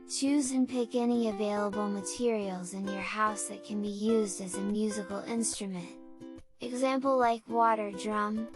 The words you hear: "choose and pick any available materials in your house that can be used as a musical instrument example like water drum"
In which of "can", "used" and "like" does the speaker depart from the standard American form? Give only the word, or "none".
none